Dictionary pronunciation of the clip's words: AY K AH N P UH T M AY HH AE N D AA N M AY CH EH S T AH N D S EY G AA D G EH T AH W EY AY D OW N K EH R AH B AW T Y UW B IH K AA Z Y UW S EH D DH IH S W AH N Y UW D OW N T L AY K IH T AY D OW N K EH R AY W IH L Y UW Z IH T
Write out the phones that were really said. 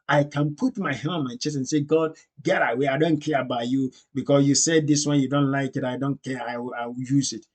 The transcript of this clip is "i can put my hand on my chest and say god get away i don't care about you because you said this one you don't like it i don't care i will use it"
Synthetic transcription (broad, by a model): AY K AH N P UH T M AY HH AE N AA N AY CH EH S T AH N S EY G AA D G EH T AH W EY AY D OW N K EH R AH B AW T Y UW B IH K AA S Y UW S EH D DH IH S W AH N Y UW D OW N T L AY K IH T AY D OW N K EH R AY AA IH W Y UW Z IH T